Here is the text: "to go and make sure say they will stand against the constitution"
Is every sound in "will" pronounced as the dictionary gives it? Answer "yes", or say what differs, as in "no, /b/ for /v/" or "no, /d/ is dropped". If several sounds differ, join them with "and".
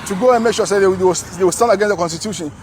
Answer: no, /w/ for /l/